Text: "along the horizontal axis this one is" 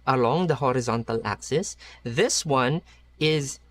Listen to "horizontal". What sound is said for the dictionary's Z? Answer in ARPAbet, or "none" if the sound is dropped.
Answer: Z